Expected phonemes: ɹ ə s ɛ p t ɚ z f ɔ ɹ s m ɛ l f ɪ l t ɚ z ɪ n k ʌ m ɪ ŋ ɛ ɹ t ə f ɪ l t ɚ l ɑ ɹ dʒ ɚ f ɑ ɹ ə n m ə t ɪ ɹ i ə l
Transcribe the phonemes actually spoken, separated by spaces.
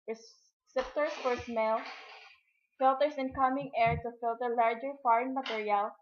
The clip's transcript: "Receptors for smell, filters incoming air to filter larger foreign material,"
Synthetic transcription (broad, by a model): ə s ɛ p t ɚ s f ɔ ɹ s m ɛ l f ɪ l t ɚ s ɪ n k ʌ m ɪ ŋ ɛ ɹ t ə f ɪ l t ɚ l ɑ ɹ dʒ ɚ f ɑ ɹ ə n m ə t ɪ ɹ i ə l